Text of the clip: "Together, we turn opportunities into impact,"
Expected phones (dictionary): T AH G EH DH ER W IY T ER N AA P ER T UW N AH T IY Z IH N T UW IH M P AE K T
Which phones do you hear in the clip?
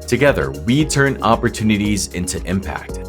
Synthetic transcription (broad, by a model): T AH G EH DH ER W IY T ER N AA P ER T UW N AH T IY Z IH N T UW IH M P AE K T